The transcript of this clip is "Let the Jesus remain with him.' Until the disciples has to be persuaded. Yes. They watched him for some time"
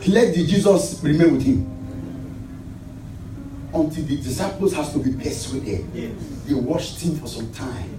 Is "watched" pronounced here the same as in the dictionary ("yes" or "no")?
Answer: no